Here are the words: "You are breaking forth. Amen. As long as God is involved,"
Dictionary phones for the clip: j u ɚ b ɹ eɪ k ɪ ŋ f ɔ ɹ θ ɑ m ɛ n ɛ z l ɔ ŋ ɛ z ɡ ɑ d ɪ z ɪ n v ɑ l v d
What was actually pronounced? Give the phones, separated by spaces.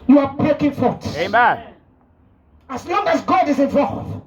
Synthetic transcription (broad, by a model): j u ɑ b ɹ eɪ k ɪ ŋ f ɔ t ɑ ɑ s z l ɔ ŋ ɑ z ɡ ɑ d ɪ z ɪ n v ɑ l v